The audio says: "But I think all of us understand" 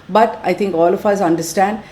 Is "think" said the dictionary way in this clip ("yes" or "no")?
no